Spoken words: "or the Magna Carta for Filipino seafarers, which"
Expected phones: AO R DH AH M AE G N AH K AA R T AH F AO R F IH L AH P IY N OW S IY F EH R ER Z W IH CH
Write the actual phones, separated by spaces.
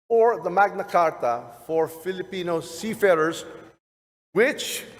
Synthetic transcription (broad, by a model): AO R DH AH M AE G N AH K AA R T AH F AO R F IH L AH P IY N OW S IY F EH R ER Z W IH CH